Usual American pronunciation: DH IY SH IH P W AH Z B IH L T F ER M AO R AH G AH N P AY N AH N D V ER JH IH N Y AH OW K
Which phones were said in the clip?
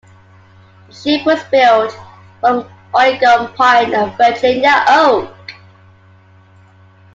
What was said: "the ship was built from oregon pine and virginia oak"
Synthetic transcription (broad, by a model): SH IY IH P W AH Z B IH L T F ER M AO AH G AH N P AY N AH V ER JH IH N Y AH OW K